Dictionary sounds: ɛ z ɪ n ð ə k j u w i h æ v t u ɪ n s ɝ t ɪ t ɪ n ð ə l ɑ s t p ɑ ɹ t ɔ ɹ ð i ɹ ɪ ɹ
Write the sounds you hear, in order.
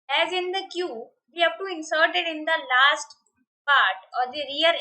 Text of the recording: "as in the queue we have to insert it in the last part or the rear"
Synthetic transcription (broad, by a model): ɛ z ɪ n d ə k j u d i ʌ p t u ɪ n s ɝ t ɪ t ɪ n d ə l ɑ s t p ɑ ɹ t ɔ ɹ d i ɹ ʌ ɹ